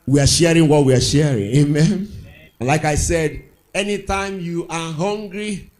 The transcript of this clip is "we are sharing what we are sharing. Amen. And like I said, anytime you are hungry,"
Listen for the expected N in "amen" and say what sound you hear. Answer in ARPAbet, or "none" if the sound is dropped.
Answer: N